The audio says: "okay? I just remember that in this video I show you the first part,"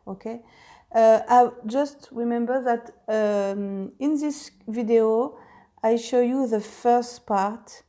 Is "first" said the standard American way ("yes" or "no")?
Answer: yes